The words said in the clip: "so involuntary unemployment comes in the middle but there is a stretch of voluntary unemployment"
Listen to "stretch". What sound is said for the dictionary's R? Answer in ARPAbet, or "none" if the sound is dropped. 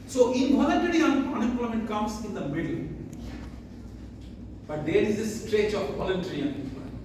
R